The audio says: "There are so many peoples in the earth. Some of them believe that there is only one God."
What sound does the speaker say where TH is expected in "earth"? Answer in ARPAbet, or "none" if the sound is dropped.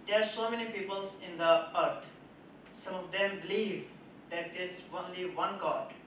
T